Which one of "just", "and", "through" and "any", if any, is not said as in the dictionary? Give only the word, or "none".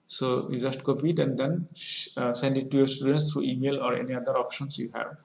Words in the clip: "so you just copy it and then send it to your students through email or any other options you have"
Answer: through